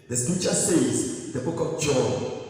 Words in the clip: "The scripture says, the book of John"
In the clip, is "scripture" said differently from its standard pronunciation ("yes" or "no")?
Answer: yes